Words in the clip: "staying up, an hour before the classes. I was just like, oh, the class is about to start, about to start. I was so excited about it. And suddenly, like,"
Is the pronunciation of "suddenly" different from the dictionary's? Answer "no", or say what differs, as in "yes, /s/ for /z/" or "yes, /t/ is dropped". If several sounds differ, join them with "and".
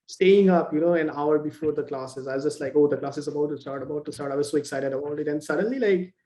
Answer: no